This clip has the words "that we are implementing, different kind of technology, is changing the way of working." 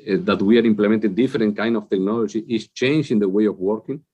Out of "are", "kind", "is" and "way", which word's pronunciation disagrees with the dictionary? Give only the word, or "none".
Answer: is